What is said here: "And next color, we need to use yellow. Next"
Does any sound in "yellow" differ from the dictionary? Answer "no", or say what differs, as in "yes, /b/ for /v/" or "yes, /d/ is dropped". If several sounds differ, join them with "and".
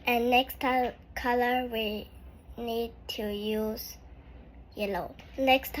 no